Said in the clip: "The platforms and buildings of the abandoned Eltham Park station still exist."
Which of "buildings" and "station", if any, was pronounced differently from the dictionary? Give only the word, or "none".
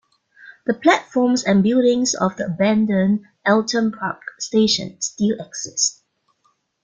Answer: buildings